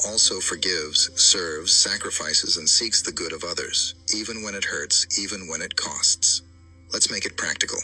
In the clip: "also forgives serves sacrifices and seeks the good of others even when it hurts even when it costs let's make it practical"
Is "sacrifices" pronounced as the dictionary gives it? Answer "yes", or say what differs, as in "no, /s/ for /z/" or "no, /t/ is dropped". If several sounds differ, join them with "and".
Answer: yes